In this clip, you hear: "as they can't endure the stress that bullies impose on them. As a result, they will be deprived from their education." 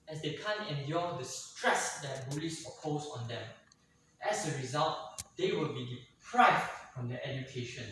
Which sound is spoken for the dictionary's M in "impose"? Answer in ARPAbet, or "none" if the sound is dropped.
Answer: none